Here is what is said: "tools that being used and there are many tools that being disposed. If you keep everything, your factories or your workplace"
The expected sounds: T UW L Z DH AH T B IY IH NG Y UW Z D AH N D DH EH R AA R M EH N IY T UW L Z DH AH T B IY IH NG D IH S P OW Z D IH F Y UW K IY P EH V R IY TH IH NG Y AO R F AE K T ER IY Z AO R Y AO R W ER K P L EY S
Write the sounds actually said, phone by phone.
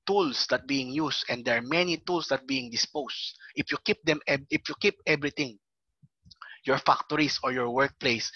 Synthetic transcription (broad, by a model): T UW L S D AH T B IY IH NG Y UW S AH N D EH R AA R M EH N IY T UW L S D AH T B IY IH NG D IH S P OW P D IH F Y UW K IY P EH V R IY T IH NG Y AO R F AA K T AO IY S AO R Y AO R W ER K P L EY S